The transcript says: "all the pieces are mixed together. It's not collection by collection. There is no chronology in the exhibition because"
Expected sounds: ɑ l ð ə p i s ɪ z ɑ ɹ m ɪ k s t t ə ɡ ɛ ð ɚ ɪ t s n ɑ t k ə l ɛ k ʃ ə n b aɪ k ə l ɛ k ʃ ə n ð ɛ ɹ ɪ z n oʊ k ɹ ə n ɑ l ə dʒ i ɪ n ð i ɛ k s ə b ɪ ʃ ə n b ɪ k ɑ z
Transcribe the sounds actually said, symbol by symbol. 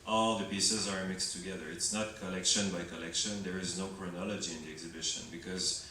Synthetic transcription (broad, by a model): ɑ l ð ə p i s ɪ z ɑ ɹ m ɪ k s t t ə ɡ ɛ ð ɚ ɪ t s n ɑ t k ə l ɛ k ʃ ə n b aɪ k ə l ɛ k ʃ ə n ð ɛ ɹ ɪ z n oʊ k ɹ ə n ɑ l ə dʒ i ɪ n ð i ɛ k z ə b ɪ ʃ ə n b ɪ k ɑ z